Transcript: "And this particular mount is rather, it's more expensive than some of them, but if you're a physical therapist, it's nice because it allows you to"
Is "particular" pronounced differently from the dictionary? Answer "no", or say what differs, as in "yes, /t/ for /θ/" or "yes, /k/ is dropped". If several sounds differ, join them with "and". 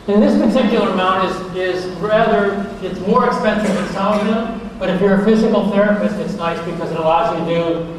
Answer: yes, /l/ is dropped